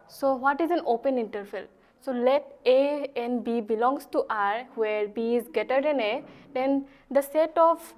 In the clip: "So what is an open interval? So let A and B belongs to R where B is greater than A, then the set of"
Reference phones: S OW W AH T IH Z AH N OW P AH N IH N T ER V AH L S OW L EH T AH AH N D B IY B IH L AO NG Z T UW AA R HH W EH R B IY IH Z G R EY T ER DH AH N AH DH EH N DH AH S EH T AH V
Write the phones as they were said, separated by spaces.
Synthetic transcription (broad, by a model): S OW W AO T IH Z AH N OW P AH N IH N T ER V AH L S OW L EH T AH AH N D B IY B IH L AO NG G T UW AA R HH W EH R B IY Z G EY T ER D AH N AH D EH N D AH S EH T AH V